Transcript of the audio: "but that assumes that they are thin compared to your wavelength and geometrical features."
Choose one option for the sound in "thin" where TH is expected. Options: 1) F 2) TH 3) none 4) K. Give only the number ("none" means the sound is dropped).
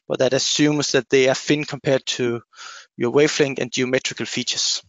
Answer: 1